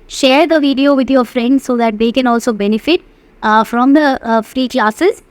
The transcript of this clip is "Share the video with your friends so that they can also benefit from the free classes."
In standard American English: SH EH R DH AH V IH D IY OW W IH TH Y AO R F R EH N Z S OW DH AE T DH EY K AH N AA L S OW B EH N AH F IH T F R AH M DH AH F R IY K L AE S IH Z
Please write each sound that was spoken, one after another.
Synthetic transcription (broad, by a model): SH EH R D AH V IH D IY OW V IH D Y AO R F R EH N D S OW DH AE T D EY K AH N AA L S OW B EH N AH F IH T F R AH M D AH F R IY K L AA S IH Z